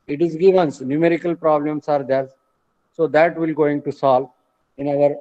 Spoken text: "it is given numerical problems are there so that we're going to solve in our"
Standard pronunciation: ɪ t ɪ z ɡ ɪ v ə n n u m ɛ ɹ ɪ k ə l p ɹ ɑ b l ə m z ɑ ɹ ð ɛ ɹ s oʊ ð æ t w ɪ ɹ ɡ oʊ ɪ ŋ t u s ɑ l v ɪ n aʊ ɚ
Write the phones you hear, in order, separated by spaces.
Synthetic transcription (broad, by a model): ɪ t ɪ z ɡ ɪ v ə n n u m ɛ ɹ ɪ k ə l p ɹ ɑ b l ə m s ɑ ɹ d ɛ ɹ s oʊ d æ t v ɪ l ɡ oʊ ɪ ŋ t u s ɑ l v ɪ n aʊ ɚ